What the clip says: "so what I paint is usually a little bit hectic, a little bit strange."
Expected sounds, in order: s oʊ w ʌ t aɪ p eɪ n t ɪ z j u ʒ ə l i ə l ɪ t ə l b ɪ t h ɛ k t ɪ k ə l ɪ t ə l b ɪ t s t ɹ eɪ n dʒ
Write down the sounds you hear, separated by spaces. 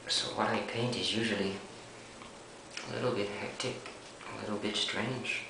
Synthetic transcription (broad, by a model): s oʊ w ʌ t aɪ p eɪ n t ɪ z j u ʒ ə l i ə l ɪ t l b ɪ t h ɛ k t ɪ k ə l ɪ t l b ɪ t s t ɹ eɪ n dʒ